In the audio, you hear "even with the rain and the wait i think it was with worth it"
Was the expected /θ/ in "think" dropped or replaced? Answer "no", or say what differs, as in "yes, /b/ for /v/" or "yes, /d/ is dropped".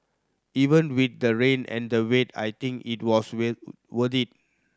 yes, /t/ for /θ/